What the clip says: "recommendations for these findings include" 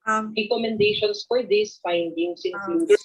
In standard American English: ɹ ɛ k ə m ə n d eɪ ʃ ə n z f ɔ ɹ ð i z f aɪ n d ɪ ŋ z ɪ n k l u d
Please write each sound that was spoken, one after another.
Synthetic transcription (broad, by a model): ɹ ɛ k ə m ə n d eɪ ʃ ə n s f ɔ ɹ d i s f aɪ n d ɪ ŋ s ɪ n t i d